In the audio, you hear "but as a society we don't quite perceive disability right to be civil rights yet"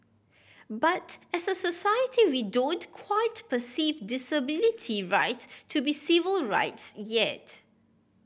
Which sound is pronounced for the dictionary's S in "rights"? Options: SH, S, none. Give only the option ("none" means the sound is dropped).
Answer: S